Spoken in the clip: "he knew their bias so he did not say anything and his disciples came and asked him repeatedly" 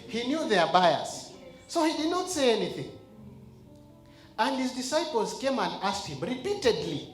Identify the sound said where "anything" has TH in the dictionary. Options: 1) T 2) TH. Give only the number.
2